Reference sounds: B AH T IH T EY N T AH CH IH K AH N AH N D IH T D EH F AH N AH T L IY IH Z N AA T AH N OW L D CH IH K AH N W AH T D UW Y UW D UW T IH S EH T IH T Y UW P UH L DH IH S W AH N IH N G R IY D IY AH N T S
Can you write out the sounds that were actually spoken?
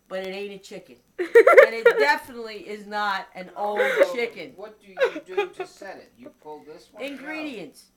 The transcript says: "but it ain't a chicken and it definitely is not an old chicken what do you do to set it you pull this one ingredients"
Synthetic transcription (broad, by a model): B AH T IH T EY T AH CH IH K AH N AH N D IH T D EH F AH N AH T L IY IH Z N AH T AH N OW L D CH IH K AH N W AH T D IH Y D T IH S EH T IH T Y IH P UH L DH IH S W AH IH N G R IY D IY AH N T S